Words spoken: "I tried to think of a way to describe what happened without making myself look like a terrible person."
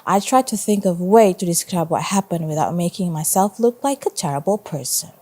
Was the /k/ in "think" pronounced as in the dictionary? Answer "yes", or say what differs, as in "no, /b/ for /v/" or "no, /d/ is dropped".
yes